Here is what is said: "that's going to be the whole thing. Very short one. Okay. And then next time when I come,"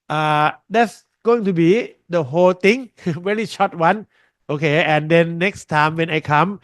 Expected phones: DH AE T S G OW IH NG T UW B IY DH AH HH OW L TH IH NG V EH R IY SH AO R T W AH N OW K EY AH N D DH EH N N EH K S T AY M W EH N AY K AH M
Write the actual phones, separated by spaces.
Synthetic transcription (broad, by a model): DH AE T S G OW IH NG T UW B IY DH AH HH OW L T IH NG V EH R IY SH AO T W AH N OW K EY AH N D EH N N EH K S T AY M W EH N AY K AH M